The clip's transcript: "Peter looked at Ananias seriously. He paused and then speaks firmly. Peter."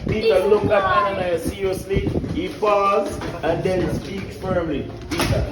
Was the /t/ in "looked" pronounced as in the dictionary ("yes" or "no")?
no